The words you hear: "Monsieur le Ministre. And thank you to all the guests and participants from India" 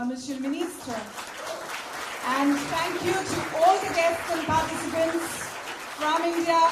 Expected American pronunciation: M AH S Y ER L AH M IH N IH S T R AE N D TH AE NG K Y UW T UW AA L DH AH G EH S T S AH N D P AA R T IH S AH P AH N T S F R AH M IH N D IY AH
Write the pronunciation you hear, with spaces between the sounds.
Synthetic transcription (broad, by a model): M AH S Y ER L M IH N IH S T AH AE N D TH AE NG K Y UW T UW AA L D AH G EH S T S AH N P AA R T IH S AH P AH N T S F R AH M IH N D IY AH